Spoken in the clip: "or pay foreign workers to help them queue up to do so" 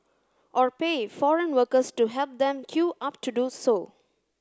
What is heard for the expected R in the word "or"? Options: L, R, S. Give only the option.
R